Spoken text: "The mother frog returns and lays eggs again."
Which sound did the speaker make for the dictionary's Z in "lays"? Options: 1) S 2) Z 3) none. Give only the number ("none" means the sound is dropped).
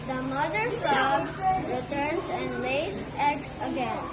1